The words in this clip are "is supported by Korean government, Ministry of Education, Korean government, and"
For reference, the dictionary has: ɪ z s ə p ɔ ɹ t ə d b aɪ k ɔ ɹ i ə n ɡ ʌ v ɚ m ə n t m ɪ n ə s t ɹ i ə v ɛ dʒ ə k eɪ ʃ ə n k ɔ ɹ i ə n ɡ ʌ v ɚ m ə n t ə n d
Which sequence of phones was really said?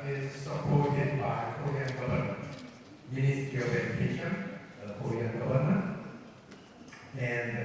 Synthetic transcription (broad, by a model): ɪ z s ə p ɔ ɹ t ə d b aɪ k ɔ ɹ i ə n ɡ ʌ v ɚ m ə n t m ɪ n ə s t i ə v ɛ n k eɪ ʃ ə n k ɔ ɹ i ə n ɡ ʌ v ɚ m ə n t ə n